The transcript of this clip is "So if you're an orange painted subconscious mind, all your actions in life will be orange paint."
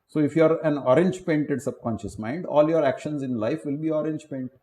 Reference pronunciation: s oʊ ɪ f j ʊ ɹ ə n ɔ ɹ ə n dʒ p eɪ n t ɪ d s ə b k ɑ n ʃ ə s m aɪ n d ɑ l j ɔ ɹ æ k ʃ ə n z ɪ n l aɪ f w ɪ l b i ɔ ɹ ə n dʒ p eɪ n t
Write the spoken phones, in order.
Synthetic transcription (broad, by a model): s oʊ ɪ f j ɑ ɹ ə n ɔ ɹ ə n dʒ p eɪ n t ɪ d s ə b k ɑ n ʃ ə s m aɪ n d ɑ l j ɔ ɹ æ k ʃ ə n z ɪ n l aɪ f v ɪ l b i ɔ ɹ ə n dʒ p eɪ n t